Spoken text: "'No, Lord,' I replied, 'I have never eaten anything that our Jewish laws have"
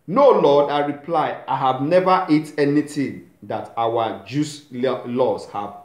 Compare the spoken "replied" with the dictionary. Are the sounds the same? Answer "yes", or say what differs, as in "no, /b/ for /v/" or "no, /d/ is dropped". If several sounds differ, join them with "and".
no, /d/ is dropped